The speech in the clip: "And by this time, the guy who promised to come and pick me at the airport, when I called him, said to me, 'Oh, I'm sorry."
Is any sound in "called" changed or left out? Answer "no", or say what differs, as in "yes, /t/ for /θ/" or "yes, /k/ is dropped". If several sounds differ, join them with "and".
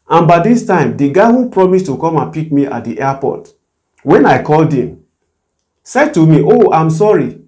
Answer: no